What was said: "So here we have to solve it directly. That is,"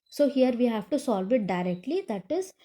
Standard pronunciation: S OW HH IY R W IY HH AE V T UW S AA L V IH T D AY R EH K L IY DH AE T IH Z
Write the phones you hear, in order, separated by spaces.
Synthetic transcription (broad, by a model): S OW HH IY R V IY HH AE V T UW S AA L V IH T D AY R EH K L IY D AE T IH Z